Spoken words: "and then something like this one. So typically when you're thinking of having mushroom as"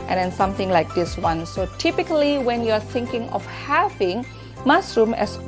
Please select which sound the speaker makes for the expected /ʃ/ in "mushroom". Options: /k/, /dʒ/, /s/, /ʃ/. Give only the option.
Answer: /s/